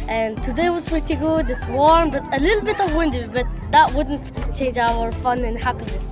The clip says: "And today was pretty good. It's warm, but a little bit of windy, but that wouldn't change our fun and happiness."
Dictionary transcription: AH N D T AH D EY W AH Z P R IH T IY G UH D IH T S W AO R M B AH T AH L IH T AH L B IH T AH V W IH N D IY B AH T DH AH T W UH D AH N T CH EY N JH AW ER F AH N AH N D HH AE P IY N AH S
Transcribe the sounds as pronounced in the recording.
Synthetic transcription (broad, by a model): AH N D T AH D EY W AH Z P R IH T IY G UH D IH T S W AO R M B AH T AH L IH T L B IH T AH V W IH N D IY B AH T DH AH T W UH D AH N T CH EY N JH AW ER F AH N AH N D HH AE P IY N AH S